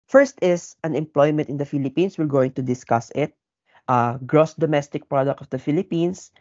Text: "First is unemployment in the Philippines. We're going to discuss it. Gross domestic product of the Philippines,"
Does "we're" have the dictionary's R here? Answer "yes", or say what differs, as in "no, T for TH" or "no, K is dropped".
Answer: no, L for R